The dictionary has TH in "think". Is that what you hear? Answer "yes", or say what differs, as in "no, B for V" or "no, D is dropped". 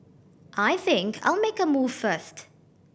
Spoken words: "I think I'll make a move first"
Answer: yes